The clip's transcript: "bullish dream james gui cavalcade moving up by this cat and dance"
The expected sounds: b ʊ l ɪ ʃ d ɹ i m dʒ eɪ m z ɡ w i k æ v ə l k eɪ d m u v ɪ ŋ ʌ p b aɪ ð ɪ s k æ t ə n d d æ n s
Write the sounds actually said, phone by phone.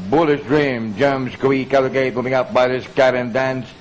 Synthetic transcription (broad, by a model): b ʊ l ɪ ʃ d ɹ i m dʒ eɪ m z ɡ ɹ i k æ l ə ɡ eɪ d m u ɪ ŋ ʌ p b aɪ ð ɪ s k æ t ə n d d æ n s